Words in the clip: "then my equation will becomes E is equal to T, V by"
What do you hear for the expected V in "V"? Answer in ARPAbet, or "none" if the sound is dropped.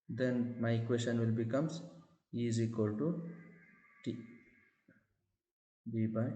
B